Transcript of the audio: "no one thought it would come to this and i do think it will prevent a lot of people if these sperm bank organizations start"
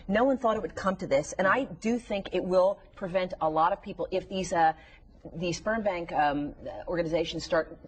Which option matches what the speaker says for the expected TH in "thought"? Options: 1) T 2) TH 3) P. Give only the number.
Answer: 2